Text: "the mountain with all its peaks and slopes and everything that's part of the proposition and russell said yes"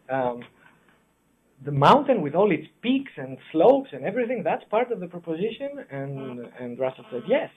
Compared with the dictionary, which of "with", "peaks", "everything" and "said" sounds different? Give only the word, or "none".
none